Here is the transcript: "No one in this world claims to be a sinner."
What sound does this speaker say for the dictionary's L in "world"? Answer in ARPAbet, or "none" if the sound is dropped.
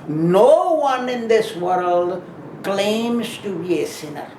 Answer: L